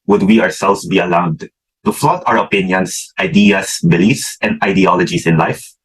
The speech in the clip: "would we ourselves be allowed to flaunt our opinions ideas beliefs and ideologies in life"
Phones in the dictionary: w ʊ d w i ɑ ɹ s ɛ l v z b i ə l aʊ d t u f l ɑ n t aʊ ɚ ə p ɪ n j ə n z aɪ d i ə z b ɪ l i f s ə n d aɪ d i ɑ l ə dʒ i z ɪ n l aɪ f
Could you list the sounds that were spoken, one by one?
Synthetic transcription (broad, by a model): w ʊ d w i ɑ ɹ s ɛ l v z b i ə l aʊ d t u f l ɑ t aʊ ɚ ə p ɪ n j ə n s aɪ d i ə s b ɪ l i f s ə n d aɪ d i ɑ l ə dʒ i s ɪ n l aɪ f